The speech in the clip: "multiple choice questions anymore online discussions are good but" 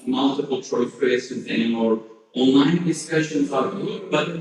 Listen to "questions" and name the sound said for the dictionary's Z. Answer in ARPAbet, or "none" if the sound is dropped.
none